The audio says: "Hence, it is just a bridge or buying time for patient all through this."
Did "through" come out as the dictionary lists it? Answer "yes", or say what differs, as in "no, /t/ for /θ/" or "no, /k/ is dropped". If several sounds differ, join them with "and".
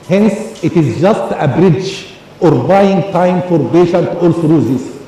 no, /s/ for /θ/